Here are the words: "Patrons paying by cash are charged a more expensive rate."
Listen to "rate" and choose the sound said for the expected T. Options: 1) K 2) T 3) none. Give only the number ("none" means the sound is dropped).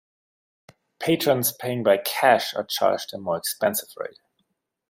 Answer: 3